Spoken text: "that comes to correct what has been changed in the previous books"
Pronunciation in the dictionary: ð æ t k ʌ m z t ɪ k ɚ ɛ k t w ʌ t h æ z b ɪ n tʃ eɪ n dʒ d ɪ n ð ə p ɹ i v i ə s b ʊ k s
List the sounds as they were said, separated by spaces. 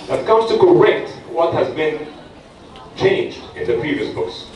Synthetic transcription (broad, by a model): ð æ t k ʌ m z t ɪ k ɚ ɛ k t w ʌ t h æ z b ɪ n tʃ eɪ n dʒ d ɪ n ð ə p ɹ i v i ə s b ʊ k s